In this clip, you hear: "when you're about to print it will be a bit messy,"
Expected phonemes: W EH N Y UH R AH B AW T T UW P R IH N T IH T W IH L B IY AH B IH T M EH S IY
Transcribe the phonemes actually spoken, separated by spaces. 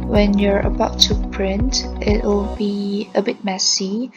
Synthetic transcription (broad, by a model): W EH N Y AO R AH B AW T T UW P R IH N T IH T W IH L B IY AH B IH T M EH S IY